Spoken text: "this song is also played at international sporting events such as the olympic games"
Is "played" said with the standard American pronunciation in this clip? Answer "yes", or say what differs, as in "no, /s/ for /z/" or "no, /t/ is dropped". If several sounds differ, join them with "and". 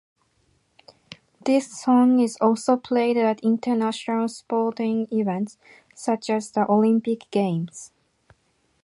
yes